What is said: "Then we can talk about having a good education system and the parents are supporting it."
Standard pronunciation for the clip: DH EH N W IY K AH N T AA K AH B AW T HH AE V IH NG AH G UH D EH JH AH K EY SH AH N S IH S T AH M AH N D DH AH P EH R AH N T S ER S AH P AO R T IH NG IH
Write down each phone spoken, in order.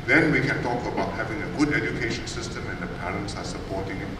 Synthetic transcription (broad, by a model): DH EH N W IY K AH N T AA K AH B AW T HH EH V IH NG AH G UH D EH JH AH K EY SH AH N S IH S T AH M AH N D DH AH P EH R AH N S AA S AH P AO T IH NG